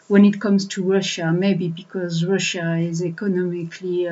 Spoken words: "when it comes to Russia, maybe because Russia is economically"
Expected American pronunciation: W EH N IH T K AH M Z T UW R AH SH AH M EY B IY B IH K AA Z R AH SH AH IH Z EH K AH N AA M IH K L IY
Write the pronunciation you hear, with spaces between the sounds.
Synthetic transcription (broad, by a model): W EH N IH T K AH M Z T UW R AH SH AH M EY B IY B IH K AA Z R AH SH AH IH Z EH K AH N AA M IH K L IY